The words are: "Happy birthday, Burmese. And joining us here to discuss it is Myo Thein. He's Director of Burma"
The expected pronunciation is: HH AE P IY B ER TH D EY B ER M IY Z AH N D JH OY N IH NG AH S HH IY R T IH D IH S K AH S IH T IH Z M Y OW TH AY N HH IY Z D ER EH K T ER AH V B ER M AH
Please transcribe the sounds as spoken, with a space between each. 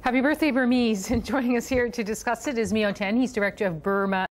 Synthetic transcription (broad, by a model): HH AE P IY B ER TH D EY B ER M IY Z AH N JH OY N IH NG AH S HH IY R T IH D IH S K AH S IH T IH Z M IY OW T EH N HH IY Z D ER EH K T ER AH V B ER M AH